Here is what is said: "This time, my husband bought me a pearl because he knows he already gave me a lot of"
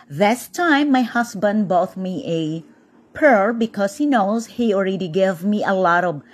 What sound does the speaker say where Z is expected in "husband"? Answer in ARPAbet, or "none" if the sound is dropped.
S